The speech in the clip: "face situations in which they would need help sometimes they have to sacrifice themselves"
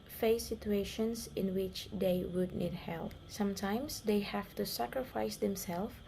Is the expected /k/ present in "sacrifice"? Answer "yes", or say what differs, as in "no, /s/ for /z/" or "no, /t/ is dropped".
yes